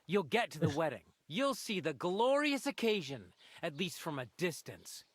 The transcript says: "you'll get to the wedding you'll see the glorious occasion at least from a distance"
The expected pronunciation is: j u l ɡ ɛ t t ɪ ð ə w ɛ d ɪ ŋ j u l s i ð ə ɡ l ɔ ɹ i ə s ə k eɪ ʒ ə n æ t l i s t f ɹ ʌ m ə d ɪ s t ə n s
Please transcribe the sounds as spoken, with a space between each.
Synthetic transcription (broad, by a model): j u l ɡ ɛ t t ɪ ð ə w ɛ d ɪ ŋ j u l s i ð ə ɡ l ɔ ɹ i ə s ə k eɪ ʒ ə n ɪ t l i s t f ɹ ʌ m ə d ɪ s t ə n s